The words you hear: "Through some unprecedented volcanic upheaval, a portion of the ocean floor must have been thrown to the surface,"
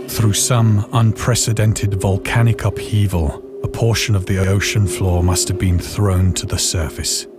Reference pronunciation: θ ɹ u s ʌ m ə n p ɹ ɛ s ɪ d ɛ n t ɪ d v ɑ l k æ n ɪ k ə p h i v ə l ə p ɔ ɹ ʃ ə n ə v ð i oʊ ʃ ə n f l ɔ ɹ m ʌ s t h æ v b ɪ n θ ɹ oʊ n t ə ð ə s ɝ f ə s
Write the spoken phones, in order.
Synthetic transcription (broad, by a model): θ ɹ u s ʌ m ə n p ɹ ɛ s ɪ d ɛ n t ɪ d v ɑ l k æ n ɪ k ə p h i v ə l ə p ɔ ɹ ʃ ə n ə v ð i oʊ ʃ ə n f l ɔ ɹ m ʌ s t h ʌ v b ɪ n θ ɹ oʊ n t ə ð ə s ɝ f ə s